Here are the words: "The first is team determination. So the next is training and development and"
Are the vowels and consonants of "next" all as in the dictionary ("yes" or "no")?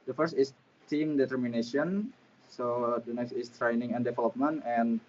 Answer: yes